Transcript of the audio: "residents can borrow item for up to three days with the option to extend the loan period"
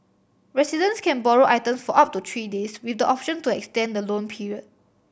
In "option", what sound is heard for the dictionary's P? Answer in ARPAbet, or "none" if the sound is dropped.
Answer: P